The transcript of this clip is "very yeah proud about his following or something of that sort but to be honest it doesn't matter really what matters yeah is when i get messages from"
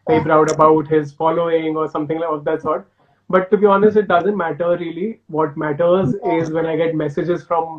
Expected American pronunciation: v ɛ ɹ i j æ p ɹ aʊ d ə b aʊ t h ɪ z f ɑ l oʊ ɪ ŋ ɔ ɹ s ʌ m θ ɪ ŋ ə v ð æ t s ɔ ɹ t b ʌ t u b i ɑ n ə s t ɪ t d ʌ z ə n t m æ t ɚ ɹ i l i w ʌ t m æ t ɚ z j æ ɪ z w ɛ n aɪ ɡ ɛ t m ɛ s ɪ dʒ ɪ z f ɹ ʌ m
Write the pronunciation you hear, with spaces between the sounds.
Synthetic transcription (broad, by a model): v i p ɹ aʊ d ə b aʊ t h ɪ z f ɑ l oʊ ɪ ŋ ɔ ɹ s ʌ m t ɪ ŋ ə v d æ t s ɔ ɹ t b ʌ t u b i ɑ n ə s t ɪ t d ʌ z ə n t m æ t ɚ ɹ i l i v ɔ t m æ t ɚ z ɪ z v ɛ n aɪ ɡ ɛ t m ɛ s ɪ dʒ ɪ z f ɹ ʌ m